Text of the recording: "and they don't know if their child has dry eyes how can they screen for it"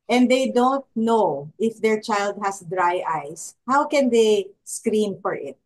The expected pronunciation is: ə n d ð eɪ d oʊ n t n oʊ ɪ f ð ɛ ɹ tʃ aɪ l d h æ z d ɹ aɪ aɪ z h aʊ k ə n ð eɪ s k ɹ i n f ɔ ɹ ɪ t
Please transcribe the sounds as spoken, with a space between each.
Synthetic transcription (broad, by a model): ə n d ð eɪ d oʊ n t n oʊ ɪ f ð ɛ ɹ tʃ aɪ l d h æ s d ɹ aɪ aɪ s h aʊ k ə n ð eɪ s k ɹ i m f ɔ ɹ ɪ t